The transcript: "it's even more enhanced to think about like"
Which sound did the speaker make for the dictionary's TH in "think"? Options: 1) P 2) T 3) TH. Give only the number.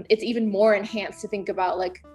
3